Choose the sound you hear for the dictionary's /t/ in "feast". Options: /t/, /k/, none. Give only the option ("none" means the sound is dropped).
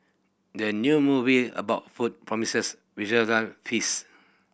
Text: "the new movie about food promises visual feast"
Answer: none